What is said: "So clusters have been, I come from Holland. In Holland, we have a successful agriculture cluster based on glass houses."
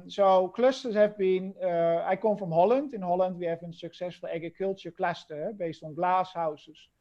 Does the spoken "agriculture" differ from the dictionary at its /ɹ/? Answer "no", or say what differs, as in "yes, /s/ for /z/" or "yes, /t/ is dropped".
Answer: yes, /ɹ/ is dropped